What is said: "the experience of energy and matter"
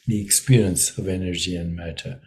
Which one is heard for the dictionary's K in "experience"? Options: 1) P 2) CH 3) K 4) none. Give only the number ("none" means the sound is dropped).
3